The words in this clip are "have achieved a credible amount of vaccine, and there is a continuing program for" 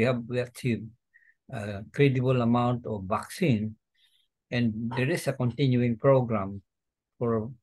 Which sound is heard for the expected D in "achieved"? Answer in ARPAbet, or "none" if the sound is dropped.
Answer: none